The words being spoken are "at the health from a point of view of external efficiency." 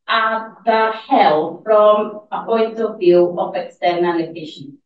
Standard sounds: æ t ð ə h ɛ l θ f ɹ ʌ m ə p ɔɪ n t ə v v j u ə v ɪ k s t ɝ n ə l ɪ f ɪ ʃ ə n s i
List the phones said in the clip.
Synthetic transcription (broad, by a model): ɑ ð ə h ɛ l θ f ɹ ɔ m ə p ɔɪ n t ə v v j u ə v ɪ k s t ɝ n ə n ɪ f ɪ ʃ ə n